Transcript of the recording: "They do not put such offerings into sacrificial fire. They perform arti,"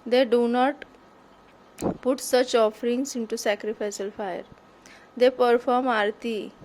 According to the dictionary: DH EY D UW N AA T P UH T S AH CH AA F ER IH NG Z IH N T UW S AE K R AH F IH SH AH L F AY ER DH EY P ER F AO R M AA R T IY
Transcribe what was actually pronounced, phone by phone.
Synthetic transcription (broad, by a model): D EY D UW N AA T P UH T S AH CH AA F ER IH NG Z IH N T UW S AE K R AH F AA S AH L F AY ER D EY P ER F AO R M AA R T IY